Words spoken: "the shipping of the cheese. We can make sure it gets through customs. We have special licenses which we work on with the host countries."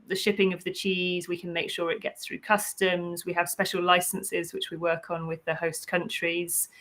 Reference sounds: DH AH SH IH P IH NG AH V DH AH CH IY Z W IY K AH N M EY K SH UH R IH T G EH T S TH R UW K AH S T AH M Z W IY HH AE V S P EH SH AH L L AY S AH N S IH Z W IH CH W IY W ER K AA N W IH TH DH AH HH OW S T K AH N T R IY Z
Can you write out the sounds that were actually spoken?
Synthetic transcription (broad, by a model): DH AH SH IH P IH NG AH V DH AH CH IY Z W IY K AH N M EY K SH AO R IH T G EH T S TH R UW K AH S T AH M Z W IY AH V S P EH SH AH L L AY S AH N S IH Z W IH CH W IY W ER K N W IH DH AH HH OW S K AH N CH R IY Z